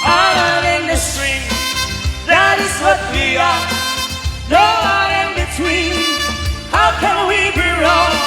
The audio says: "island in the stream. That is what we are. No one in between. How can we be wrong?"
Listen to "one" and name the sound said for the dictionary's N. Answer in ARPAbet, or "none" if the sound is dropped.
none